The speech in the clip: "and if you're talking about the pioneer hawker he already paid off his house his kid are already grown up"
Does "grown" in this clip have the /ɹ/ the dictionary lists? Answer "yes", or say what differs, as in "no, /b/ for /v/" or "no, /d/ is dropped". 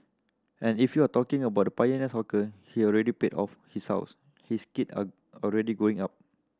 no, /ɹ/ is dropped